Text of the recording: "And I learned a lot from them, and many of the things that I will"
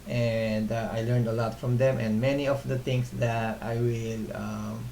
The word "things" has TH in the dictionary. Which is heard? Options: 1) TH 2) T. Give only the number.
2